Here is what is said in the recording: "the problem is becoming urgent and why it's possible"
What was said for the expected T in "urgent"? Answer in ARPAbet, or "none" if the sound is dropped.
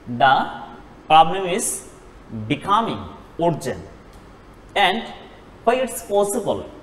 none